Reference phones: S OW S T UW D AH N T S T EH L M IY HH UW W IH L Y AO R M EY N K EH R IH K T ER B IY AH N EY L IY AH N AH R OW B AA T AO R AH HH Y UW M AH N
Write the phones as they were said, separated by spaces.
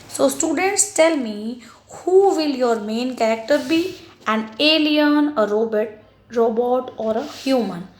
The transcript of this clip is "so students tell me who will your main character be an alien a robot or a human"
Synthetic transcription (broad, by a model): S OW S T UW D AH N T S T EH L M IY HH UW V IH L Y AO R M EY N K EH R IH K T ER B IY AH N EY L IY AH N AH R OW B AA T AO R AH HH Y UW M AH N